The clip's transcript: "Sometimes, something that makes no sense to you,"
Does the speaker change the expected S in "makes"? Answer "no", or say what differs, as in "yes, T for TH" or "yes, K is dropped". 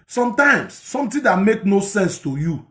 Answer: yes, S is dropped